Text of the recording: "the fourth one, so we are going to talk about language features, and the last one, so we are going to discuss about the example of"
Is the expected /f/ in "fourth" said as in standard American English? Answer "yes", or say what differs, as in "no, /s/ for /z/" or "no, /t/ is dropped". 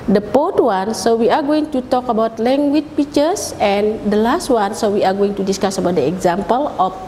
no, /p/ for /f/